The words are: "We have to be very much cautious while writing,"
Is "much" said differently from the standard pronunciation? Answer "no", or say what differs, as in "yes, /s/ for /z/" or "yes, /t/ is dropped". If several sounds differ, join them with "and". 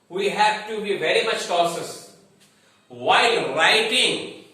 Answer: no